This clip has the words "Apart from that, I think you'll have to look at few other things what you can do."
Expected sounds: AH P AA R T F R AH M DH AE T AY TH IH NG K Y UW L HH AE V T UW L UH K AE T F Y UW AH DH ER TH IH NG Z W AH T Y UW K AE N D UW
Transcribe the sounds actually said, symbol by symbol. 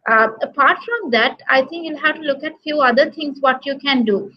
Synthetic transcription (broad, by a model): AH P AA R T F R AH M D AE T AY T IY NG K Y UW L HH AE V T UW L UH K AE T F Y UW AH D ER T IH NG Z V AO T Y UW K AE N D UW